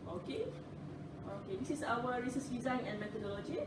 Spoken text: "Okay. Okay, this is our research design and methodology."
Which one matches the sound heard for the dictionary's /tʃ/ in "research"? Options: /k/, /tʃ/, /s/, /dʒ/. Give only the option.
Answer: /s/